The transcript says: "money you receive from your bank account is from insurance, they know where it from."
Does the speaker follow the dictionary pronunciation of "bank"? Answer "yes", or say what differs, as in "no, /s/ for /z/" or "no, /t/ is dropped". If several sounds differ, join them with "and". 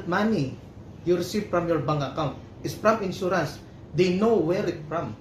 no, /k/ is dropped